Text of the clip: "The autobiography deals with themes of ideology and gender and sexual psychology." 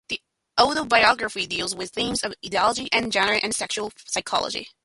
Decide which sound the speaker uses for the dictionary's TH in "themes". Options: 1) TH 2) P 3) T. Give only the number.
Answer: 1